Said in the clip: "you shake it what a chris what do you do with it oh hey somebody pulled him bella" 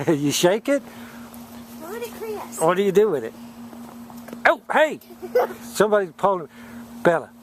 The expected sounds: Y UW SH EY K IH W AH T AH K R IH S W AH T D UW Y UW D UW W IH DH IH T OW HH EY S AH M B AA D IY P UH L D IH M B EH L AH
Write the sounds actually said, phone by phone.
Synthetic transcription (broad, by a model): Y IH SH EY K IH T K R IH W AH T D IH Y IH D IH W IH DH IH T OW HH EY S AH M B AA D IY P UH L IH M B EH L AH